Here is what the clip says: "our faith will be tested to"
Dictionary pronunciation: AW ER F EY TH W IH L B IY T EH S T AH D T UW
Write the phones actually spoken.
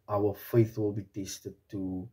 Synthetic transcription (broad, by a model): AW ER F EY TH W IH L B IY T EH S T AH D T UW